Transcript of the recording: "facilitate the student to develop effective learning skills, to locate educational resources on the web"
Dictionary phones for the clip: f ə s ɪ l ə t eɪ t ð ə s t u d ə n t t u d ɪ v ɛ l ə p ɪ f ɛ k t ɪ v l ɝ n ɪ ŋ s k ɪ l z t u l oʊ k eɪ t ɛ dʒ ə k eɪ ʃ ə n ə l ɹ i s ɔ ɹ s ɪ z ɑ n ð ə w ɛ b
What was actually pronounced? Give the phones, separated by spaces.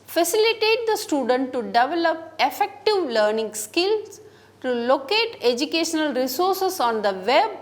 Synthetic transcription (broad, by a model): f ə s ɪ l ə t eɪ t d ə s t u d ə n t t u d ɪ v ɛ l ə p ɪ f ɛ k t ɪ v l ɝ n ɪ ŋ s k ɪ l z t u l oʊ k eɪ t ɛ dʒ ə k eɪ ʃ ə n ə l ɹ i s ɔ ɹ s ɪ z ɑ n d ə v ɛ b